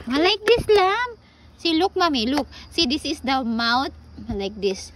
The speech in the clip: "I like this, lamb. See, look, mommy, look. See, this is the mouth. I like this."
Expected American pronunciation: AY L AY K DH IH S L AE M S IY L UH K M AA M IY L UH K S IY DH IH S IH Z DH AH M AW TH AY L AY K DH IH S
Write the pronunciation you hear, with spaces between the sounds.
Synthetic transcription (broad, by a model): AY L AY K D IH S L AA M S IY L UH K M AA M IY L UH K S IY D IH S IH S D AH M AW T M L AY K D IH S